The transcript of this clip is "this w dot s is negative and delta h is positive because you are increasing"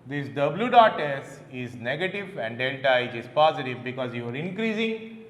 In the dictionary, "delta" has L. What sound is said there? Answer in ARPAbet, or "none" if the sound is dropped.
N